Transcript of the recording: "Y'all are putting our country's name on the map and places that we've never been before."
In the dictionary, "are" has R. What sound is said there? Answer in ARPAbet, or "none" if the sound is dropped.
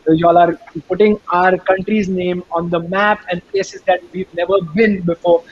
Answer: R